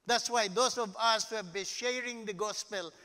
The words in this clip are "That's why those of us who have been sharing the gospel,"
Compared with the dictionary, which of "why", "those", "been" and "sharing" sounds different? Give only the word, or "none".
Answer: those